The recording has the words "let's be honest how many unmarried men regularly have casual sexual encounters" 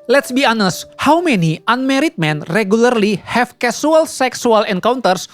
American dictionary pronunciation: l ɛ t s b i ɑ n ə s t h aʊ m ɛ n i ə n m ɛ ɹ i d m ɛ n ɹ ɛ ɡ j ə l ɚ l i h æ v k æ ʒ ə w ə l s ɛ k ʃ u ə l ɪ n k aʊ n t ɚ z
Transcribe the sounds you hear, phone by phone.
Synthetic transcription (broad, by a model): l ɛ t s b i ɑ n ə s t h aʊ m ɛ n i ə n m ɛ ɹ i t m ɛ n ɹ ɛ ɡ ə l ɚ l i h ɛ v k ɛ s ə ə l s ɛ k s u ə l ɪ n k aʊ n t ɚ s